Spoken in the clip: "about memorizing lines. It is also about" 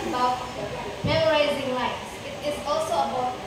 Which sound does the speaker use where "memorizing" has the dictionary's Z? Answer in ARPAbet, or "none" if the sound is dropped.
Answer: Z